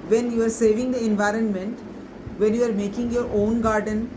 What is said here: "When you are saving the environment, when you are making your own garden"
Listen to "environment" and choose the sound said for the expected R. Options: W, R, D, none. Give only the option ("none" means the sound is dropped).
R